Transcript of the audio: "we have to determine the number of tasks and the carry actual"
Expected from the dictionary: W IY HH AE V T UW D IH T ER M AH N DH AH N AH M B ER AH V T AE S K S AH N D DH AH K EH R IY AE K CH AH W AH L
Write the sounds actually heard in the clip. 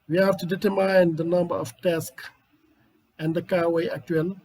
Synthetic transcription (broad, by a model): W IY HH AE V T UW D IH T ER M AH N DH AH N AH M B ER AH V T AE S K AH N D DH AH K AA W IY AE K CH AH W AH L